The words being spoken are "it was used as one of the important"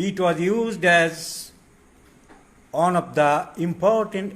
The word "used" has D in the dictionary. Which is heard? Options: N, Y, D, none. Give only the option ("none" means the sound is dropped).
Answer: D